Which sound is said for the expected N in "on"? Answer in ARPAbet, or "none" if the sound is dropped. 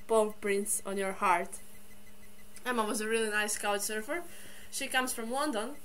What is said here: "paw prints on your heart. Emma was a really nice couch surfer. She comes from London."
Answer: N